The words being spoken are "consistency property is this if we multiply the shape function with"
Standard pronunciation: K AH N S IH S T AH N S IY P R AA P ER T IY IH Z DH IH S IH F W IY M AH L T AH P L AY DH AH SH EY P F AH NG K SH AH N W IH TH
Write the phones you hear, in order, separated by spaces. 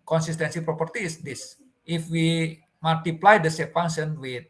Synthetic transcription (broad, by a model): K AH N S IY S T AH N S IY P R AA P ER T IY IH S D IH S IH F W IY M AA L T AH P L AY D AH S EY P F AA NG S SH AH N W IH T